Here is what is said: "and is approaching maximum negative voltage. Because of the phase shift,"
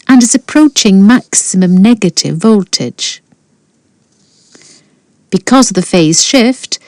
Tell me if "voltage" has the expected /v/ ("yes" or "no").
yes